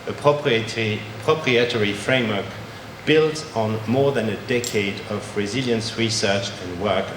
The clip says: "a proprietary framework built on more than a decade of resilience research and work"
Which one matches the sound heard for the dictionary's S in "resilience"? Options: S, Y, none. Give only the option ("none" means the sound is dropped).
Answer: S